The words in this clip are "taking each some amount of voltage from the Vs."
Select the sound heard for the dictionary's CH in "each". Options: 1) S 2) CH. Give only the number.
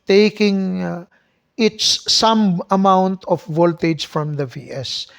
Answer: 1